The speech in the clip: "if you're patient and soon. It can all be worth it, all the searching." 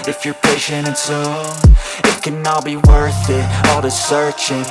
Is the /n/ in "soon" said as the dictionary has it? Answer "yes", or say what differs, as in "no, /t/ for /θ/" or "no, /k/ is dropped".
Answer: no, /n/ is dropped